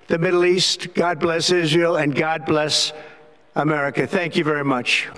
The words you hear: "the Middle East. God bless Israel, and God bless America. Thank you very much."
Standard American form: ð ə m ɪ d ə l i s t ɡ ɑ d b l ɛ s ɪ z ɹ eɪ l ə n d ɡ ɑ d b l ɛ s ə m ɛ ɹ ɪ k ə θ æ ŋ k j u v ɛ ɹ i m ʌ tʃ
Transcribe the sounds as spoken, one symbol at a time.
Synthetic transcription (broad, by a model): ð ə m ɪ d l i s t ɡ ɑ d b l ɛ s ɪ z ɹ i l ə n ɡ ɑ d b l ɛ s ə m ɛ ɹ ɪ k ə θ æ ŋ k j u v ɛ ɹ i m ʌ tʃ